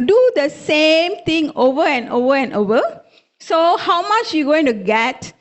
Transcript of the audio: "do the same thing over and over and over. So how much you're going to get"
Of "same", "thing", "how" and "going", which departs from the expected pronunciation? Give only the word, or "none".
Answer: thing